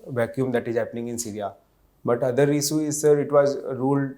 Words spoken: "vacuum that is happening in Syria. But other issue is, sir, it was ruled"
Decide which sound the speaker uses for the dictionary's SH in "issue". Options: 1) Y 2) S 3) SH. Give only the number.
2